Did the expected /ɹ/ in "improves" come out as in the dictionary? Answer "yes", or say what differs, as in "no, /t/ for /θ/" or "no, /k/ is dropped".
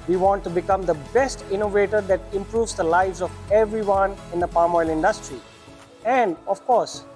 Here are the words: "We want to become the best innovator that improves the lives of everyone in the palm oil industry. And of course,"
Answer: yes